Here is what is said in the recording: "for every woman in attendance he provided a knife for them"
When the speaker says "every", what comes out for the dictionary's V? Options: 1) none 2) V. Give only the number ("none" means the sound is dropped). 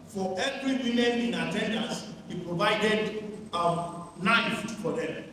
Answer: 2